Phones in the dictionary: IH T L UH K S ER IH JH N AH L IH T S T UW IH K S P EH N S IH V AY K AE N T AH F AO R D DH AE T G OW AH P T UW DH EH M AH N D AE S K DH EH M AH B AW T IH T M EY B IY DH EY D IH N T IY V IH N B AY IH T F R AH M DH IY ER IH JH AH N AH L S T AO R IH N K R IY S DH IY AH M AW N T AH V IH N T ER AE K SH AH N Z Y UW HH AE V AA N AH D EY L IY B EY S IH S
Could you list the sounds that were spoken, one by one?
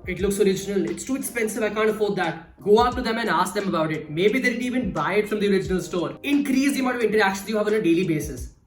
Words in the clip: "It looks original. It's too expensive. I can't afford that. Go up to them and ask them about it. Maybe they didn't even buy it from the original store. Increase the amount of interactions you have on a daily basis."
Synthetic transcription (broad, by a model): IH T L UH K S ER IH JH N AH L IH T S T UW IH K S P EH N S IH V AY K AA N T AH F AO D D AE T G OW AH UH T UW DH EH M AH N D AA S K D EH M AH B AW T IH T M EY B IY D EY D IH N IY V IH N B AY IH T F R AH M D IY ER IH JH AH N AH L S T AO R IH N K R IY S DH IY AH M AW T AH V IH N T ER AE K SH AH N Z Y UW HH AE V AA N AH D EY L IY B EY S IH S